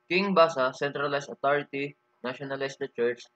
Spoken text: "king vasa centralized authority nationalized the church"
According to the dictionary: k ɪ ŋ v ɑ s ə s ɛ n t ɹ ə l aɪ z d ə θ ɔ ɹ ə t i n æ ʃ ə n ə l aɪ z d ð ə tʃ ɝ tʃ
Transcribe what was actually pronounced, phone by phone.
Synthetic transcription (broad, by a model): k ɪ ŋ b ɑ s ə s ɛ n t ɹ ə l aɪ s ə t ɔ ɹ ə t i n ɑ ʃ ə n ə l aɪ s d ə tʃ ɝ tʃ